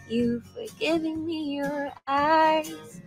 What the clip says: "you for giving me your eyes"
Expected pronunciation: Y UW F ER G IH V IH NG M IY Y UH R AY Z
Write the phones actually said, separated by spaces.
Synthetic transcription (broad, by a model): Y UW F ER G IH V IH NG M IY Y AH R AY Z